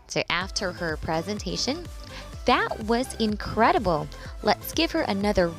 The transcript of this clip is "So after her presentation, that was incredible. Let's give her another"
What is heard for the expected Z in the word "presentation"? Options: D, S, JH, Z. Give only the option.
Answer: Z